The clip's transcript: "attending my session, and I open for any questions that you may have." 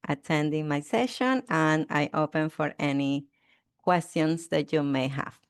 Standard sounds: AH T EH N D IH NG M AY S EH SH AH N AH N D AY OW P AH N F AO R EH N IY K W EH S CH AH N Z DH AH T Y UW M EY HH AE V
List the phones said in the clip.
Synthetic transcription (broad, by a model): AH T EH N D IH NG M AY S EH SH AH N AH N AY OW P AH N F AO R EH N IY K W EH S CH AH N S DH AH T Y UW M EY HH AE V